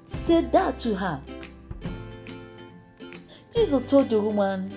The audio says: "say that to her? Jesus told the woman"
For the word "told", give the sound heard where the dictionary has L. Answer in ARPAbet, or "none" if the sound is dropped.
none